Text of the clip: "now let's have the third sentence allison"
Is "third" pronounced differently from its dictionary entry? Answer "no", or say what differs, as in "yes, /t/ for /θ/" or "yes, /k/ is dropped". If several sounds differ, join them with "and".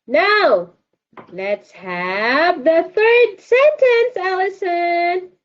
no